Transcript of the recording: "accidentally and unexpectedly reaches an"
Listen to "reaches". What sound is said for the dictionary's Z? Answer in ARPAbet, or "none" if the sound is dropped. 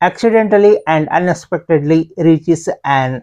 S